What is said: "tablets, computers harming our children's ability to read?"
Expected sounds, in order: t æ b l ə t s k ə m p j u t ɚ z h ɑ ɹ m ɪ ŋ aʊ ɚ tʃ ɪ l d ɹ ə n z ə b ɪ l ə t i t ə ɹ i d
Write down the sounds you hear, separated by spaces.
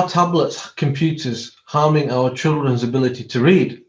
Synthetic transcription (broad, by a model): t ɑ b l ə t s k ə m p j u t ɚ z h ɑ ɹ m ɪ ŋ aʊ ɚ tʃ ɪ l d ɹ ə n z ə b ɪ l ə t i t ə ɹ i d